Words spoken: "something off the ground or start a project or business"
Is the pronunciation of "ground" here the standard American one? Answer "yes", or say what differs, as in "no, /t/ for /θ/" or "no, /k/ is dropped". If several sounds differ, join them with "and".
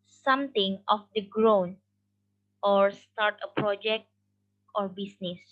no, /d/ is dropped